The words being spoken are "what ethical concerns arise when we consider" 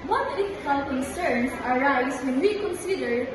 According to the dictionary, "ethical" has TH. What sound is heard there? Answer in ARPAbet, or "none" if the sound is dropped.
F